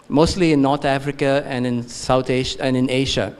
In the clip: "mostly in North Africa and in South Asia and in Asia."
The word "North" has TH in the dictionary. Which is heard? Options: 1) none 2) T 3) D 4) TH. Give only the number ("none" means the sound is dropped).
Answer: 2